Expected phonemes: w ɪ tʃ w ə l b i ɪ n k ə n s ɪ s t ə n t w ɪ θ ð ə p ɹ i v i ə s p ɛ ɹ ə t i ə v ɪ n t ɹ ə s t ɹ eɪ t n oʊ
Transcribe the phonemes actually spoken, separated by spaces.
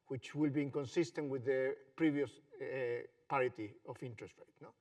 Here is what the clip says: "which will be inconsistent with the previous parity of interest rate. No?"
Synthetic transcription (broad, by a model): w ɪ tʃ w ə l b i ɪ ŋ k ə n s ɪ s t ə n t w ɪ ð ə p ɹ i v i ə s p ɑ ɹ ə t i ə f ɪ n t ɹ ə s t ɹ eɪ t n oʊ